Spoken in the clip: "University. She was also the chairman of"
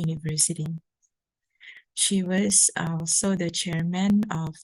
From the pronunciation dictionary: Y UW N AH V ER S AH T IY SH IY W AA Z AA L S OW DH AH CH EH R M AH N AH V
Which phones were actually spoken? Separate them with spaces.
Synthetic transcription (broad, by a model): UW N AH V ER S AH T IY SH IY W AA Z AA L S OW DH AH CH EH R M AH N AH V